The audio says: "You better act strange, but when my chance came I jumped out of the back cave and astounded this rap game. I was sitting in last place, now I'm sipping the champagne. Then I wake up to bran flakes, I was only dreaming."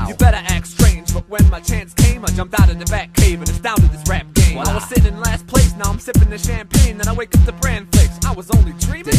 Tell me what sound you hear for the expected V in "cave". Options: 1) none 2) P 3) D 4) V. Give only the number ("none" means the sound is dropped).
4